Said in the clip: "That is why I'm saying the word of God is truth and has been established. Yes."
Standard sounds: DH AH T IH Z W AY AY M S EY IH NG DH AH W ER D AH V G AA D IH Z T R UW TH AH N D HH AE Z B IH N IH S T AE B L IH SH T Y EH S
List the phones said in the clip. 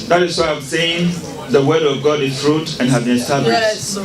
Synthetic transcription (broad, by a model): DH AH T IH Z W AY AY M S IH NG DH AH W ER D AH V G AA D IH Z R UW T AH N HH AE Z B IH N S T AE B IH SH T